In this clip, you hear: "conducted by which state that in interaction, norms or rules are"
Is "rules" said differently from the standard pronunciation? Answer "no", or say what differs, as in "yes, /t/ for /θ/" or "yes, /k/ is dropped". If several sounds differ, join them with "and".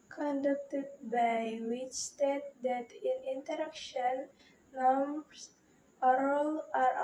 yes, /z/ is dropped